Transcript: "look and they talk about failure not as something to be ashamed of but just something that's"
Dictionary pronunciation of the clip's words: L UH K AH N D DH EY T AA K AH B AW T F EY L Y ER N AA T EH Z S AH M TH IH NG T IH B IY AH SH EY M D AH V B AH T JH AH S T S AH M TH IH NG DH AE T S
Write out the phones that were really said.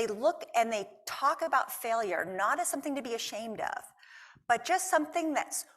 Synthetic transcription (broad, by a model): L UH K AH N DH EY T AA K AH B AW T F EY L Y ER N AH T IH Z S AH M TH IH NG T IH B IY AH SH EY M D AH V B AH T JH AH S T S AH M TH IH NG DH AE T S